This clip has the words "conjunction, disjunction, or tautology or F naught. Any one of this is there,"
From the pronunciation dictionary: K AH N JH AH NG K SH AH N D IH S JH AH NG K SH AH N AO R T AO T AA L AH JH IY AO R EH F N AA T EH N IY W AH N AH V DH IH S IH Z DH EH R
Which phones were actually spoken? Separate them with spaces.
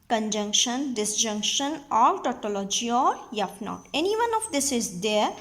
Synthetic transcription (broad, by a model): K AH N JH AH NG K SH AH N D IH S JH AH NG K SH AH N AO R T AO T AA L AH JH IY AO R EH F N AA T EH N IY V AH N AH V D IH S IH Z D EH R